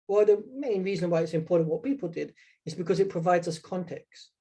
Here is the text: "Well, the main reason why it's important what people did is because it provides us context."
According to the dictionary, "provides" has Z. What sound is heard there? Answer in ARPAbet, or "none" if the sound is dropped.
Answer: Z